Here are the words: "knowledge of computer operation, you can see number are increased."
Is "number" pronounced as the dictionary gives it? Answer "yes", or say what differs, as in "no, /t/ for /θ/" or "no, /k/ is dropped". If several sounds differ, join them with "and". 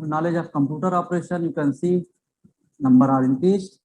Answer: yes